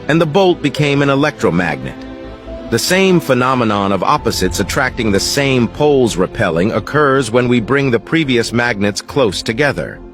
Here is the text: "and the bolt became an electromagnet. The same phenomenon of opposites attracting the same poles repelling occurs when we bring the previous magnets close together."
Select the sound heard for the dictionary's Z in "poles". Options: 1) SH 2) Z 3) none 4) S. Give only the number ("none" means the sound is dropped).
2